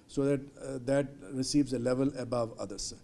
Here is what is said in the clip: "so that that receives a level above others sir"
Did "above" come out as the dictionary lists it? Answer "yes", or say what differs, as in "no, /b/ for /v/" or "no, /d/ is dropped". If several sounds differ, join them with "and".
yes